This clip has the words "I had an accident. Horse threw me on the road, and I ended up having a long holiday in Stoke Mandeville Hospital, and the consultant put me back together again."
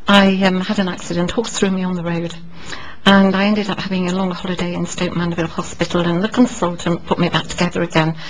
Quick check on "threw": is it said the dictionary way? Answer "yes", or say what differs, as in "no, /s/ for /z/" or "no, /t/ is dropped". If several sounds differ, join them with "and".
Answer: yes